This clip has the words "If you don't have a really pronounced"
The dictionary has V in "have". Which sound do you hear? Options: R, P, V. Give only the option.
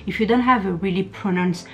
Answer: V